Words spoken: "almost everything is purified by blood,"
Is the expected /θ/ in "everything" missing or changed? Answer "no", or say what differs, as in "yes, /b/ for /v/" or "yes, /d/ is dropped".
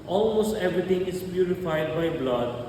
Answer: yes, /t/ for /θ/